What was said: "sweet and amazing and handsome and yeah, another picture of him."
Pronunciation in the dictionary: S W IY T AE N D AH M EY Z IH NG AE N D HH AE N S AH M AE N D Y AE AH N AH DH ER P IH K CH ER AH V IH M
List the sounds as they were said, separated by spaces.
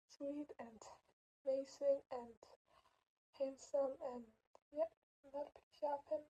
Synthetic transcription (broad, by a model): S W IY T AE N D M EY S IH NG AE N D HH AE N S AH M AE N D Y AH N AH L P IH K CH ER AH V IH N